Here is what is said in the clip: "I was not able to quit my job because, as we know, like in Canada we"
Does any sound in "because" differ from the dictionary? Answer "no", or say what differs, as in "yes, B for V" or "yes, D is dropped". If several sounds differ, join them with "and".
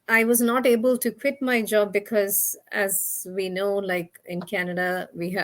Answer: no